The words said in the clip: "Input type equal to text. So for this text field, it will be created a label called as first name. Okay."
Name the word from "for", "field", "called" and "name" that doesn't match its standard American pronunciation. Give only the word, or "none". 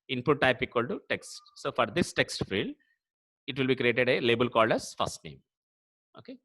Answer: none